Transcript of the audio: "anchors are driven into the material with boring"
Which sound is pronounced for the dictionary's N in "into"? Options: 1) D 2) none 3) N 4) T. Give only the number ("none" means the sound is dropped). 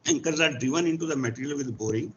3